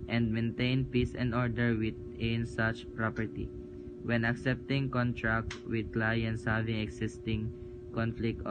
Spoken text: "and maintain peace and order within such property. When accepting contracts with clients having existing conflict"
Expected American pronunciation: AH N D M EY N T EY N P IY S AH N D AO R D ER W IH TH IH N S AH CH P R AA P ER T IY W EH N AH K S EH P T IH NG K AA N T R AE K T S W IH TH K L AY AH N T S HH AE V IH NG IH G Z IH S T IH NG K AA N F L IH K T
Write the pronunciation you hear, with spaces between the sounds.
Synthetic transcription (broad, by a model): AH N D M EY N T EY N P IY S AH N D AO R D ER W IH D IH N S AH CH P R AA P ER T IY W EH N AH K S EH P T IH NG K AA N T R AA K T W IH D K L AY AH N T S HH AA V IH NG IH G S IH S T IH NG K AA N F L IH K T